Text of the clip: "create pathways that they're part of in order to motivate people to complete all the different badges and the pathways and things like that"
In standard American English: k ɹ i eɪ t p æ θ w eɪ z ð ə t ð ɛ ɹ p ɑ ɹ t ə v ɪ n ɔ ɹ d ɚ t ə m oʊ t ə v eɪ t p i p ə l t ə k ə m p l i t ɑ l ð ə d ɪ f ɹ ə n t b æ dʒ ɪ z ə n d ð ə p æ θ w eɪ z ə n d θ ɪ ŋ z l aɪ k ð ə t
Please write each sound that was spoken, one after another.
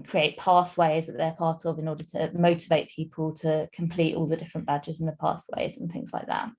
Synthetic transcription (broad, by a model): k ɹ i eɪ t p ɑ θ w eɪ z ð ə t ð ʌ p ɑ t ə v ɪ n ɔ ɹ d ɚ t ə m oʊ t ə v eɪ t p i p ə l t ə k ə m p l i t ɑ l ð ə d ɪ f ɹ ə n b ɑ dʒ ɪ z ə n ð ə p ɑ θ w eɪ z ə n θ ɪ ŋ z l aɪ k ð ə t